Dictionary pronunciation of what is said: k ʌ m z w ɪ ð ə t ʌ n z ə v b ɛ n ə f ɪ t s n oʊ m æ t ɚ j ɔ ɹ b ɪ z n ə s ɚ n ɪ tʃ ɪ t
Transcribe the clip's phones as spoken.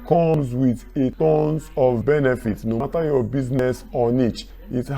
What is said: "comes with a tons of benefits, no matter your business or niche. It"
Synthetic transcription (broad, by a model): k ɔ m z w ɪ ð ə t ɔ n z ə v b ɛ n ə f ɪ t n oʊ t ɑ j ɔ b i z n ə s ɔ n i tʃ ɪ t